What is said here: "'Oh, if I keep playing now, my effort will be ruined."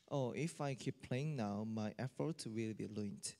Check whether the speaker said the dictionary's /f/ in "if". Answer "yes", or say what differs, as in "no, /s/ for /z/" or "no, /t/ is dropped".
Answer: yes